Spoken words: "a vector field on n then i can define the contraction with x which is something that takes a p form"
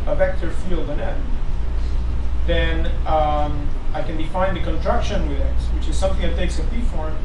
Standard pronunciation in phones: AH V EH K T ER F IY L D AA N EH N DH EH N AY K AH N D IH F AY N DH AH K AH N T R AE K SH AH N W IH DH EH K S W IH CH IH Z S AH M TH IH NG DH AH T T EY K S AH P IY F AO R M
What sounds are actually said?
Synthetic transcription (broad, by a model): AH V EH K T ER F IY L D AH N EH N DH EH N AY K AH N D IH F AY N DH AH K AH N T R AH K SH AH N W IH DH EH K S W IH CH IH Z S AH M TH IH NG DH AH T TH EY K S AH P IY F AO R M